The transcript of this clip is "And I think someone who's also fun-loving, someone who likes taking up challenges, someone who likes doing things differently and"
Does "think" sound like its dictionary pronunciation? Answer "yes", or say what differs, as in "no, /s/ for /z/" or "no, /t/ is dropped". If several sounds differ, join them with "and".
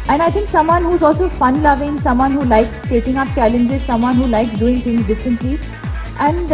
no, /t/ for /θ/